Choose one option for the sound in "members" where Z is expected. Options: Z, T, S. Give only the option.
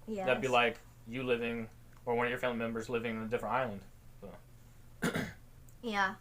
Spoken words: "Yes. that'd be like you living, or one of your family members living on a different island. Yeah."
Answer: Z